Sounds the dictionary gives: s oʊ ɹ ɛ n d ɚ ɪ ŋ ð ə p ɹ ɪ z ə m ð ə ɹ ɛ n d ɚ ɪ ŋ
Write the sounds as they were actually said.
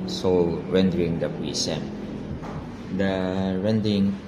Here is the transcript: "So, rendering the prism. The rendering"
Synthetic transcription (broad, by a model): s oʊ ɹ ɛ n d ɚ ɪ ŋ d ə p i s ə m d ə ɹ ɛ n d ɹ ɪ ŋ